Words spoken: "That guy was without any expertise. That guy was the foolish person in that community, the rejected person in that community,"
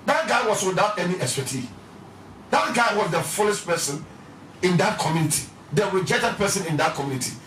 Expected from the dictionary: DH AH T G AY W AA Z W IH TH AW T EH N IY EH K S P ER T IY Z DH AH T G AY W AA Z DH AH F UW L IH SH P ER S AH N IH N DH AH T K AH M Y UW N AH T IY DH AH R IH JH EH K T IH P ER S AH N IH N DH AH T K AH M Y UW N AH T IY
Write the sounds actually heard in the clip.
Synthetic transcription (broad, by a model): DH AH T G AY W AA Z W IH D AW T EH N IY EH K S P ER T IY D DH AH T G AY W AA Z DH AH F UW L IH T P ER S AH N IH N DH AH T K AH M Y UW N AH T IY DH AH W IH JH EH T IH P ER S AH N IH N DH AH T K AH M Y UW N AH T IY